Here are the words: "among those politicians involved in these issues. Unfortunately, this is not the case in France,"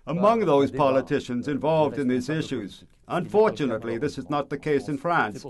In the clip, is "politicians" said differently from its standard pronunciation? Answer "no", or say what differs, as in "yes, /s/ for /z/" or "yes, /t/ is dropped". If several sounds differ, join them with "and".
no